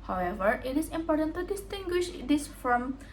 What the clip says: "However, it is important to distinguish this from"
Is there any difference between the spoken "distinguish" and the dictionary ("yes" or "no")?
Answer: no